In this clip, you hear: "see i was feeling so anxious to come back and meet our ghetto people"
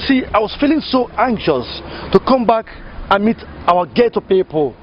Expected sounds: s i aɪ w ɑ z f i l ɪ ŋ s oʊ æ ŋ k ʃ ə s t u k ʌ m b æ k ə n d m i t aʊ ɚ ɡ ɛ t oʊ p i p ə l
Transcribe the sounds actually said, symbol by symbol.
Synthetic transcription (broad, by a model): s i aɪ w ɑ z f i l ɪ ŋ s oʊ æ ŋ k ʃ ə s t u k ʌ m b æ k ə n m i t aʊ ɚ ɡ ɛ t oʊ p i p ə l